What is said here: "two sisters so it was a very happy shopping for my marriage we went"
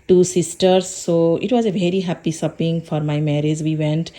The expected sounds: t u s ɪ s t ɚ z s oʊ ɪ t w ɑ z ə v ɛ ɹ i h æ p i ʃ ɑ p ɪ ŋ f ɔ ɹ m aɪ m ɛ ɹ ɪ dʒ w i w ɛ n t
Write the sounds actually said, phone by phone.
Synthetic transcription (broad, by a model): t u s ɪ s t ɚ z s oʊ ɪ t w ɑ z ə v ɛ ɹ i h æ p i s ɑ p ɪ ŋ f ɔ ɹ m aɪ m ɛ ɹ ɪ dʒ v i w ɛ n t